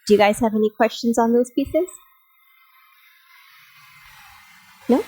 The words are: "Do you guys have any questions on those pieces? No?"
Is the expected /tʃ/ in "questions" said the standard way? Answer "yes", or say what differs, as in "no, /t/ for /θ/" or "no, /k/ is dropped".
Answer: yes